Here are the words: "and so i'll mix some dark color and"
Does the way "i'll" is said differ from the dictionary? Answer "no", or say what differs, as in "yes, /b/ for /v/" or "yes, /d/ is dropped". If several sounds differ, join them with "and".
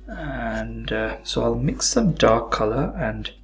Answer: no